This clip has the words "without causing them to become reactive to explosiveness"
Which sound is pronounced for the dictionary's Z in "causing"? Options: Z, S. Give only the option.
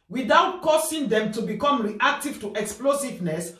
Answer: S